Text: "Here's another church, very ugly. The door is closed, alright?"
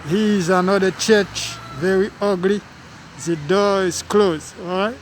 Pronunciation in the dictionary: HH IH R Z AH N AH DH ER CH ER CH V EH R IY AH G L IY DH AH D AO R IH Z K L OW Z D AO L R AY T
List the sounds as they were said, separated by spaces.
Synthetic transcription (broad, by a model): HH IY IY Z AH N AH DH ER CH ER CH V EH R IY AH G L IY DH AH D AO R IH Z K L OW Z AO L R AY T